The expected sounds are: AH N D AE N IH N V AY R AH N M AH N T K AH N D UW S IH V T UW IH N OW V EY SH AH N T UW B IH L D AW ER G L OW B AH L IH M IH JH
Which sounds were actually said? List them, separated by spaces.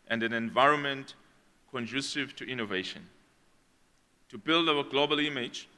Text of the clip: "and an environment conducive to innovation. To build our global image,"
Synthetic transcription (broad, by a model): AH N D AE N IH N V AY R AH N M AH N T K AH N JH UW S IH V T UW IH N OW V EY SH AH N T UW B IH L D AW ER G L OW B AH L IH M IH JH